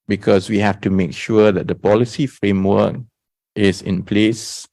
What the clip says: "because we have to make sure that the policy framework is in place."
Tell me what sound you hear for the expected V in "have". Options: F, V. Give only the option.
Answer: F